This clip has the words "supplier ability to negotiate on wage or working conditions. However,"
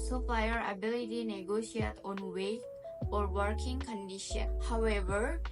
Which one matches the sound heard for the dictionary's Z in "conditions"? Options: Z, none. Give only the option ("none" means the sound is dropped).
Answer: none